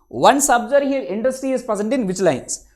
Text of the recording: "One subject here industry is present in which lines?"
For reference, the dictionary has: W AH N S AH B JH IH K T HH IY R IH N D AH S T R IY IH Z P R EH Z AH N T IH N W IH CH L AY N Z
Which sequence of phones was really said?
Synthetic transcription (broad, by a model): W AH N S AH B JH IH T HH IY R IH N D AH S T R IY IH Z P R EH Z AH N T IH N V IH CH L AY N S